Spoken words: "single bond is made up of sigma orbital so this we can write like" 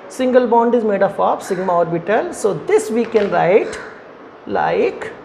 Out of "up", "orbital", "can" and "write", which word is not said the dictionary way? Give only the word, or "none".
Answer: up